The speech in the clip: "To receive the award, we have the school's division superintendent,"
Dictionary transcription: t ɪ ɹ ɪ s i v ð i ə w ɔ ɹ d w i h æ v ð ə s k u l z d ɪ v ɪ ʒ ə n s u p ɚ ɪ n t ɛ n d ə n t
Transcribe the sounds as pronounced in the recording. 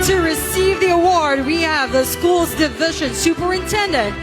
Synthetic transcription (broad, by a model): t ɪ ɹ ɪ s i v ð i ə w ɔ ɹ d w i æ v ð ə s k u l z d ɪ v ɪ ʒ ə n s u p ɚ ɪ n t ɛ n d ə n t